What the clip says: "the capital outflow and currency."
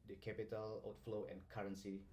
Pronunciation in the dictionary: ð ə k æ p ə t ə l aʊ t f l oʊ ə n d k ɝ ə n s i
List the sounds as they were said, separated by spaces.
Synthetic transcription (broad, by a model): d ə k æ p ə t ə l aʊ t f l oʊ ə n k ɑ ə n s i